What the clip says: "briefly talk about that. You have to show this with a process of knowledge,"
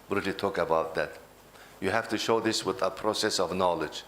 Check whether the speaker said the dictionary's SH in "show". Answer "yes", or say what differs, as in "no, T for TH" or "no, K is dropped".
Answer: yes